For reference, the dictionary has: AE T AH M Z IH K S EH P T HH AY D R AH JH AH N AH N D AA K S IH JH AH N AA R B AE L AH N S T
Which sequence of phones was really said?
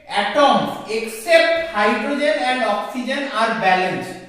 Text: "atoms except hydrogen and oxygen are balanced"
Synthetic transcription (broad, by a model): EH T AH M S IH K S EH P T HH AY D R AH JH AH N AH N D AA K S IH JH AH N AA R B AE L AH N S